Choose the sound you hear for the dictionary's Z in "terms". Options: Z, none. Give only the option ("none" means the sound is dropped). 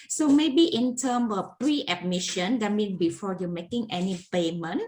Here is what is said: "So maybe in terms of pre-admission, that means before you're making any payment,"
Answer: none